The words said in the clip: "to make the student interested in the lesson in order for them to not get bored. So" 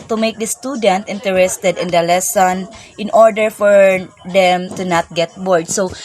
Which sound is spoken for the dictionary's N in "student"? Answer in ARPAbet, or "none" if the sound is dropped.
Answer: N